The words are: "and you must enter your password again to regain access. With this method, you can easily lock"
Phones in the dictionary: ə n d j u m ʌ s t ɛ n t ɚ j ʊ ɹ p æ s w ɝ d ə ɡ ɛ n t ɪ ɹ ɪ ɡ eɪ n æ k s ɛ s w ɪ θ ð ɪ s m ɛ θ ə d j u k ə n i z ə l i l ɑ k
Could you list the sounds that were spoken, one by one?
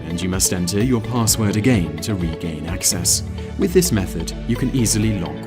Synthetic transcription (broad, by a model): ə n j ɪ m ʌ s t ɛ n t ɚ j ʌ ɹ p æ s w ɝ d ə ɡ ɛ n t ɪ ɹ ɪ ɡ eɪ n æ k s ɛ s w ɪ ð ɪ s m ɛ θ ə d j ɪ k ə n i z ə l i l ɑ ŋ